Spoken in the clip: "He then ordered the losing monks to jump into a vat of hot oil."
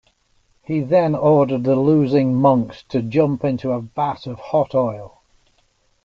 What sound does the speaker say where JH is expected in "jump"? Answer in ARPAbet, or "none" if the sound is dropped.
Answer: JH